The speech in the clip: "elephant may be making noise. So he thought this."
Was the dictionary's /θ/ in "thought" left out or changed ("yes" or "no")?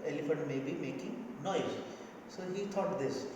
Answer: yes